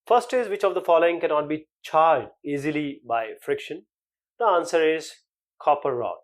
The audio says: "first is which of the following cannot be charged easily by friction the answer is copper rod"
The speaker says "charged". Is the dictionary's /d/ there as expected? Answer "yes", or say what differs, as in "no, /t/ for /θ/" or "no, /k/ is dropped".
yes